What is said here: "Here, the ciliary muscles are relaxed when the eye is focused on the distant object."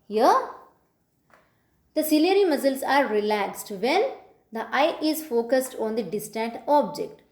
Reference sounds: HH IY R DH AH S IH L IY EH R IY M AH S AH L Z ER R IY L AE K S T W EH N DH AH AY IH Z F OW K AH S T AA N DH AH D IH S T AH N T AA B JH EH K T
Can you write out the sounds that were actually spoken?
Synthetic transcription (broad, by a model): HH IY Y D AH S IH L IY EH R IY M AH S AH L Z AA R IY L AE K S T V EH N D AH AY IH Z F OW K AH S T AA N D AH D IH S T AH N T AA B JH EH K T